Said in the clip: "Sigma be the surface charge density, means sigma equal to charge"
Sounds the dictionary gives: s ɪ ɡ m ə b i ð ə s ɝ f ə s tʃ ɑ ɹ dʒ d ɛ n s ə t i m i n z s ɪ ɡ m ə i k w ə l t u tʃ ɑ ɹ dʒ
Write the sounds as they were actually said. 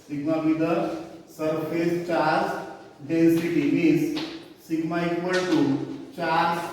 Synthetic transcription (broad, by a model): s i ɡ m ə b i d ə s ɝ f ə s tʃ ɑ ɹ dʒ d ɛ s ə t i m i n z s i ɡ m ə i k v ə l t u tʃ ɑ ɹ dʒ